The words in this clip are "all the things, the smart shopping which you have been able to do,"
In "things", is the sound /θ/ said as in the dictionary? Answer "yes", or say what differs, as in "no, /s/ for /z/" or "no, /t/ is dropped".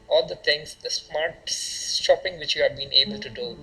no, /t/ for /θ/